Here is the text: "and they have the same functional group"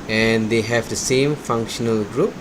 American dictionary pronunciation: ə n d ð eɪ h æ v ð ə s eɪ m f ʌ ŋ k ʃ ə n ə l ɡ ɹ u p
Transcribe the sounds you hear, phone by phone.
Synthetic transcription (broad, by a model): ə n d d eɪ h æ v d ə s eɪ m f ʌ ŋ k ʃ ə n ə l ɡ ɹ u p